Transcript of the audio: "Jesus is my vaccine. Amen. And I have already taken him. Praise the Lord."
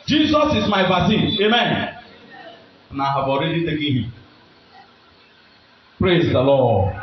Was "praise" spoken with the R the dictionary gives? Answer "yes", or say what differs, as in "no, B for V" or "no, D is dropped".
yes